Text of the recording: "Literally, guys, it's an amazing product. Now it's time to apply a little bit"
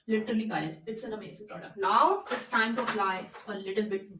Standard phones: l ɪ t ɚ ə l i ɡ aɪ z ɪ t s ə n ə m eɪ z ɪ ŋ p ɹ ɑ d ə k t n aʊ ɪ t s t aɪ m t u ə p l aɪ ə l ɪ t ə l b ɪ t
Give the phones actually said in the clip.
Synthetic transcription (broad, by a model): l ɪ t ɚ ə l i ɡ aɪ s ɪ t s ə n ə m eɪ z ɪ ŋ p ɹ ɑ d ə k t l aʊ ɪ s t aɪ m t u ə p l aɪ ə l ɪ t ə l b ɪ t